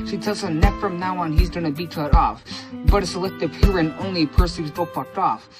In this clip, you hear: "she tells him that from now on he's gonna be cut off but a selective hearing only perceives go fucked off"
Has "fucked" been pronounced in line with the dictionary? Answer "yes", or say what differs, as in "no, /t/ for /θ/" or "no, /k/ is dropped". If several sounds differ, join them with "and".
no, /p/ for /f/